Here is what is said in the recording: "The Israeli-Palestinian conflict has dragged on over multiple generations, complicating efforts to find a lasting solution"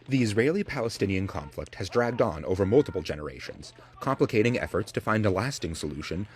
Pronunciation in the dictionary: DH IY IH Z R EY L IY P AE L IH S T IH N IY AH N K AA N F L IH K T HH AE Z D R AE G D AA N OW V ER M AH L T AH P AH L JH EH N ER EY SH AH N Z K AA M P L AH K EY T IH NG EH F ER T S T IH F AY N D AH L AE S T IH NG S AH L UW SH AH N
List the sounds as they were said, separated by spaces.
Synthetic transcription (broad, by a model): DH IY IH Z R EY L IY P AE L IH S T IH N IY AH N K AA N F L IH K T HH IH Z D R AE G D N OW V ER M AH L T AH P L JH EH N ER EY SH AH N Z K AA M P L AH K EY T IH NG EH F ER T S T IH F AY N D AH L AE S T IH NG S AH L UW SH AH N